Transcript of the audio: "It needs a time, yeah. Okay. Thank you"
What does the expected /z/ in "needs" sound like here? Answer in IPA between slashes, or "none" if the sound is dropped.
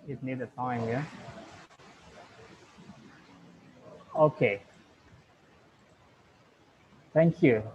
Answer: none